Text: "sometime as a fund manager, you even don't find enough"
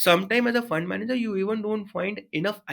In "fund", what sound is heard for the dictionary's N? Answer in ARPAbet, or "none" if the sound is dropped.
N